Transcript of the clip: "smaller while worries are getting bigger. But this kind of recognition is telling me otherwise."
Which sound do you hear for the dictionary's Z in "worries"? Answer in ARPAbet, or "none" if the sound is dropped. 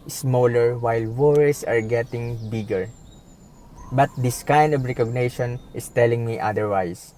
S